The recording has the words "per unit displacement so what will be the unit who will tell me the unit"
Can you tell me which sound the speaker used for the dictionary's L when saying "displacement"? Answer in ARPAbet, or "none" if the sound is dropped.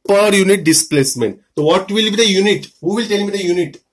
L